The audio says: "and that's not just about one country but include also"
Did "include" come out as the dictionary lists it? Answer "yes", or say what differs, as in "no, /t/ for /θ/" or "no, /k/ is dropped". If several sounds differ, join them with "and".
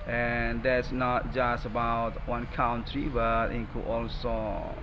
no, /l/ is dropped and /d/ is dropped